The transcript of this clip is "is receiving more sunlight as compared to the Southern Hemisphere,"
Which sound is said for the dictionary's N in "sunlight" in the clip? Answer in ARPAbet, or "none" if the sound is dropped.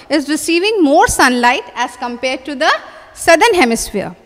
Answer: N